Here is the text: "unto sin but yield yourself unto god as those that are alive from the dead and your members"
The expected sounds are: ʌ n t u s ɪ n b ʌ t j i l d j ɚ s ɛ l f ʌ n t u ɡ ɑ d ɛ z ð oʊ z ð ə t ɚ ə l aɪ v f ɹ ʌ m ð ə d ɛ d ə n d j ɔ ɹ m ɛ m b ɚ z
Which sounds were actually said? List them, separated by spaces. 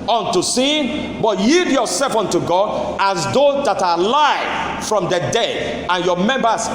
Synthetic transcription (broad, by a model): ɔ n t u s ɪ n b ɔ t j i d j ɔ s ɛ l f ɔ n t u ɡ ɑ d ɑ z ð oʊ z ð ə t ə l aɪ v f ɹ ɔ m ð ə d ɛ d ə n j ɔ m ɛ m b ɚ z